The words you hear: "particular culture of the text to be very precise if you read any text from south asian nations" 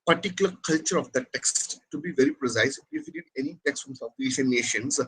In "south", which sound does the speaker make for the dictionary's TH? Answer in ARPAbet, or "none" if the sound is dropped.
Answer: F